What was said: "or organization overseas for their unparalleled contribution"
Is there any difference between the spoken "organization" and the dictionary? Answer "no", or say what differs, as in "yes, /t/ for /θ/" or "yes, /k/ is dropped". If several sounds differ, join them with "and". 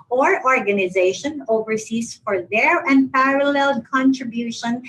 no